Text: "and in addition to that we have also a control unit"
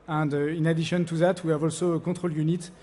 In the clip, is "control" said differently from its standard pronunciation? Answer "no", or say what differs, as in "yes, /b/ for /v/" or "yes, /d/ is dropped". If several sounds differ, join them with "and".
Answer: yes, /n/ is dropped